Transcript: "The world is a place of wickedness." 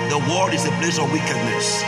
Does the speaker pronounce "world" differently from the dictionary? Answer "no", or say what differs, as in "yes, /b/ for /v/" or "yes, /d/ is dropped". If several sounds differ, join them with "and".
yes, /l/ is dropped